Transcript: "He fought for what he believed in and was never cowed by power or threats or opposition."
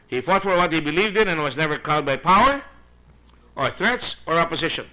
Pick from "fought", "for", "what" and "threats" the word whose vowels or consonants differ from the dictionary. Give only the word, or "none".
none